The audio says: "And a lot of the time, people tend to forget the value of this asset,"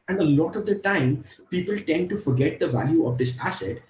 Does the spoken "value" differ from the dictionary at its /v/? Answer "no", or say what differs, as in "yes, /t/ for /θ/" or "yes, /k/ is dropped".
no